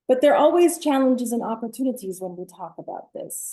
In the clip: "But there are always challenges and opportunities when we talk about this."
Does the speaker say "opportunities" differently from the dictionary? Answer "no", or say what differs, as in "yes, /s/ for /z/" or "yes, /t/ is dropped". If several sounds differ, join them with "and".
no